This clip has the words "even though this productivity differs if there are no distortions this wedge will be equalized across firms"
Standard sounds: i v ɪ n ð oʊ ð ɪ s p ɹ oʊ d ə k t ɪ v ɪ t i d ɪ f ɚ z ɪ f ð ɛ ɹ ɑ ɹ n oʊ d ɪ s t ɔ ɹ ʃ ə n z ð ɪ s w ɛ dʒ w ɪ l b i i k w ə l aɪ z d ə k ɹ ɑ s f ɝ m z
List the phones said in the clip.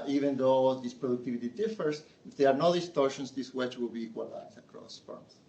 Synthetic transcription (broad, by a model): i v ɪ n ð oʊ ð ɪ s p ɹ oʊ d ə k t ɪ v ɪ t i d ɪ f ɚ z ɪ f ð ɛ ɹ ɑ ɹ n oʊ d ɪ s t ɔ ɹ ʃ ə n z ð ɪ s w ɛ tʃ w ɪ l b i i k w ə l aɪ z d ə k ɹ ɑ s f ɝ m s